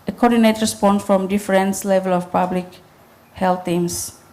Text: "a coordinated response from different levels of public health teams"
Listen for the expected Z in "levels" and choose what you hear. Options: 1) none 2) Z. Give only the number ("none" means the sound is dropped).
1